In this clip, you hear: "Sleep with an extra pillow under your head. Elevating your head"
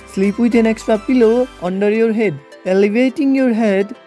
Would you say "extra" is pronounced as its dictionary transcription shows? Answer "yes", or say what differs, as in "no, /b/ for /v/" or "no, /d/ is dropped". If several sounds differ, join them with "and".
no, /ɹ/ is dropped